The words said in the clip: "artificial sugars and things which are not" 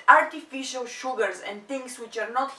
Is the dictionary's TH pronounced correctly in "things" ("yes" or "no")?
no